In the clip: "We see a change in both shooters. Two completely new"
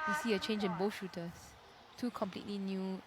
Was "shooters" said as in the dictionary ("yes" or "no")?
no